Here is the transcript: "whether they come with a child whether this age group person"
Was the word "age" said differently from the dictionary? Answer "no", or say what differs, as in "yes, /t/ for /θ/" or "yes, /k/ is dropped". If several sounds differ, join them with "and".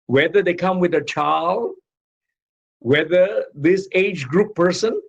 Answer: no